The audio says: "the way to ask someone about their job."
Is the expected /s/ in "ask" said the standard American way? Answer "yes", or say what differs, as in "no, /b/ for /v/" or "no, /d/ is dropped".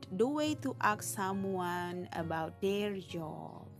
no, /s/ is dropped